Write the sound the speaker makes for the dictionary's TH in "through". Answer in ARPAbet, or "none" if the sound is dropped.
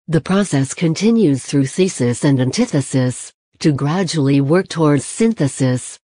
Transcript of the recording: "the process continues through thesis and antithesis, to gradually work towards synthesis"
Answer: TH